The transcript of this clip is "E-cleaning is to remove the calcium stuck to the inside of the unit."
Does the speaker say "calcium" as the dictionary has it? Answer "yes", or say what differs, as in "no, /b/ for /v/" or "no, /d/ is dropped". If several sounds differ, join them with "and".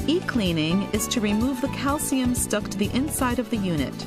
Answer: yes